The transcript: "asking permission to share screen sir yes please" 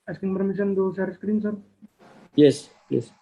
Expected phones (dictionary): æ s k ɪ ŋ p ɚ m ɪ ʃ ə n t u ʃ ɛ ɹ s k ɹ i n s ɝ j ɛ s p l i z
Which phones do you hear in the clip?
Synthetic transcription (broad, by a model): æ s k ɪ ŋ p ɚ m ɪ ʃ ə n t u s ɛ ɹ s k ɹ i n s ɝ j ɛ s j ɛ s